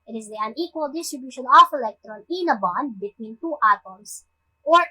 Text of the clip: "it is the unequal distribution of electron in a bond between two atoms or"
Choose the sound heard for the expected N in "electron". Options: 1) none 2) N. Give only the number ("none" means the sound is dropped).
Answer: 2